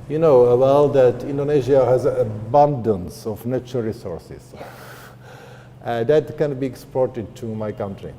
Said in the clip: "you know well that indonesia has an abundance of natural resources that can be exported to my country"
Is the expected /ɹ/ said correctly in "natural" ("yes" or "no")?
no